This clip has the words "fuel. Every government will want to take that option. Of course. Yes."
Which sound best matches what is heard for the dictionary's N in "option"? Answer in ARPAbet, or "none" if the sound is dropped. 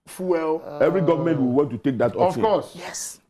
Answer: none